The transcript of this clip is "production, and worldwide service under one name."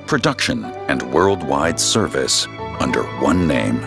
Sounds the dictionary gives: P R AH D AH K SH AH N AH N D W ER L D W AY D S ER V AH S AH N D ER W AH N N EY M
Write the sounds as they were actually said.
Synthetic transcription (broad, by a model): P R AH D AH K SH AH N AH N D W ER L D W AY D S ER V AH S AH N D ER W AH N N EY M